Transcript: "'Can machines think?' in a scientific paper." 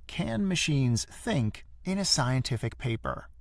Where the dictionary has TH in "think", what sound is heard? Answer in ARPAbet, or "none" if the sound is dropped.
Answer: TH